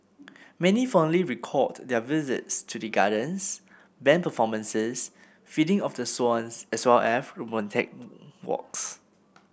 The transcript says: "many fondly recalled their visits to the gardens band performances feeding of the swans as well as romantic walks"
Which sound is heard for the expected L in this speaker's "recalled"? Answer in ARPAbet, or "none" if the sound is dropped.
none